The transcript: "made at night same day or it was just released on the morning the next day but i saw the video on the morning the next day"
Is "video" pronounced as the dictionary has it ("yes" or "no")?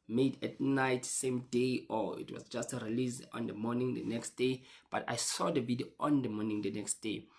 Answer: no